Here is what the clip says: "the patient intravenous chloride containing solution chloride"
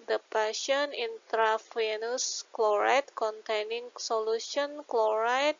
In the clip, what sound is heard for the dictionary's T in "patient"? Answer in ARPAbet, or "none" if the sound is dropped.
none